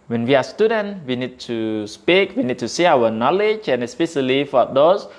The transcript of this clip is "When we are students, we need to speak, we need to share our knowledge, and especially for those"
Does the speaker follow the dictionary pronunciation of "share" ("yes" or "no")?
no